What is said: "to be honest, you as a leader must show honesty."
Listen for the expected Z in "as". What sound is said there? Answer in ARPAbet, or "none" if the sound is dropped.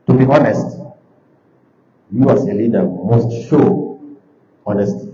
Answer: S